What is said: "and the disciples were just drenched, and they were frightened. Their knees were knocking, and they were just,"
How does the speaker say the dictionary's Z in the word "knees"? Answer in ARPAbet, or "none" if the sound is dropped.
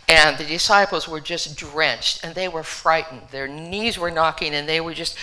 Z